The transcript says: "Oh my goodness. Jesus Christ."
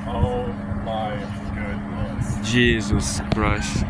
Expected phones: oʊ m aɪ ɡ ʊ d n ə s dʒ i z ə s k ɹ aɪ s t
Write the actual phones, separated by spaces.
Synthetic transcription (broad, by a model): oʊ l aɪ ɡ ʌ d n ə dʒ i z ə s k ɹ aɪ s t